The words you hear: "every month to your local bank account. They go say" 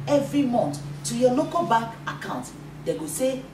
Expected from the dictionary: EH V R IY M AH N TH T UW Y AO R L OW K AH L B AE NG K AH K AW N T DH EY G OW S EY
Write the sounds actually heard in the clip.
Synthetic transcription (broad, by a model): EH V R IY M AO N T T UW Y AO L OW K AH L B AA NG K AH K AW N T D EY G OW S EY